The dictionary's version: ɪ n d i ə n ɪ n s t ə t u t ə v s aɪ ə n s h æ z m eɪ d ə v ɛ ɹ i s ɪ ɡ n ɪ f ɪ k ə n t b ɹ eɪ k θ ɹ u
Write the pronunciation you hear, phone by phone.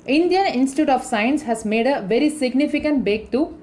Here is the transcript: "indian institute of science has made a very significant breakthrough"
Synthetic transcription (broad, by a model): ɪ n d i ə n ɪ n s t ə t u t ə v s aɪ ə n s h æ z m eɪ d ə v ɛ ɹ i s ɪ ɡ n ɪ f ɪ k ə n t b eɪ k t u